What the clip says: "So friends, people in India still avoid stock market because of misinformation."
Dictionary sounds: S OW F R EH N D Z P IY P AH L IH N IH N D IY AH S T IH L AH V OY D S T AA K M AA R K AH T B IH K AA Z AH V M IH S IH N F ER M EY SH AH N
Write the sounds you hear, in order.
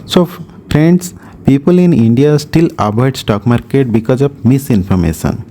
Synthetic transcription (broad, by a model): S OW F R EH N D S P IY P AH L IH N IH N D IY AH S T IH L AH B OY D S T AA K M AA R K AH T B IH K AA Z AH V M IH S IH N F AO M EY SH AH N